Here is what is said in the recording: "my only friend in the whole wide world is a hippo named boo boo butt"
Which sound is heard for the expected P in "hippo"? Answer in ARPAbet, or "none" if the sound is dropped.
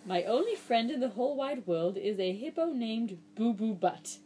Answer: P